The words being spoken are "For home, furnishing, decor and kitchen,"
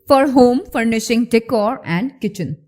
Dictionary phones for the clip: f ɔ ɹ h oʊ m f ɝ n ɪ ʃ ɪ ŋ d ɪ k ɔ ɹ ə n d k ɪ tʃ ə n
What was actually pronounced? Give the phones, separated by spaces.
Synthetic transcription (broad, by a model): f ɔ ɹ h oʊ m f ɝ n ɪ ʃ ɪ ŋ d ɪ k ɔ ɹ ə n d k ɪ tʃ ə n